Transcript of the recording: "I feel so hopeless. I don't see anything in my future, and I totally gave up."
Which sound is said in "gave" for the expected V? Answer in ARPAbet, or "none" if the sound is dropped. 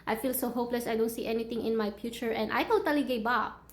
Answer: B